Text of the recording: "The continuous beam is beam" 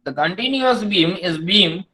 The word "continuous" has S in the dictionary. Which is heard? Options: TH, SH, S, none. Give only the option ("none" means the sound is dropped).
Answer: S